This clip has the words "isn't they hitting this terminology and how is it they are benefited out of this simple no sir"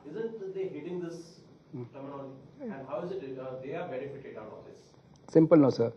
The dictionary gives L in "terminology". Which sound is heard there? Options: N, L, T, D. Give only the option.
N